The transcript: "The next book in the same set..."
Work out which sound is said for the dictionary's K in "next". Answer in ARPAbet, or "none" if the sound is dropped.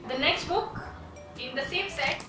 K